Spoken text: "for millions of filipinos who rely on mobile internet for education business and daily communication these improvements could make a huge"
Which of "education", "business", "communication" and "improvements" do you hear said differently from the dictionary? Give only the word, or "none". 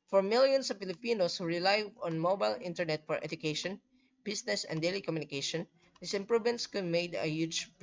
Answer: business